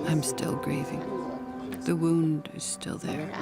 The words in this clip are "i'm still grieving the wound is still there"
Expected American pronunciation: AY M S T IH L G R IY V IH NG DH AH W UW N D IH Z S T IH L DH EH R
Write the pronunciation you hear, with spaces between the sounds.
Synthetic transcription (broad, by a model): AY M S T IH L G R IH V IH NG DH AH W UW N D IH Z S T IH L DH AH R